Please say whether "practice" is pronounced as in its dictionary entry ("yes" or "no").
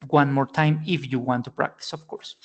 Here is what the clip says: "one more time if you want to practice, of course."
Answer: yes